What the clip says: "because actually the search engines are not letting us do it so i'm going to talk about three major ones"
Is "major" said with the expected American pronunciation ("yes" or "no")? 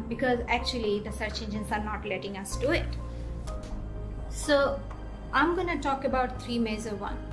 no